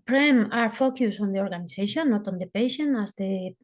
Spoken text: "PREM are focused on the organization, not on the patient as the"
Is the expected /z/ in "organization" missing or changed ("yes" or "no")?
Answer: yes